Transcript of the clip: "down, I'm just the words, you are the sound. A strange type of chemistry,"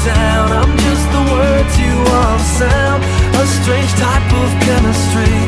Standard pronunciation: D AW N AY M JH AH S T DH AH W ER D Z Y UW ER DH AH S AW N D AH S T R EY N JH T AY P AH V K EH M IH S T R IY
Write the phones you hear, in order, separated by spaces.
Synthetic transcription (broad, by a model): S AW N AY M JH AH S T DH AH W ER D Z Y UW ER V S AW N AH S T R EY N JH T AY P AH V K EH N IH S T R IY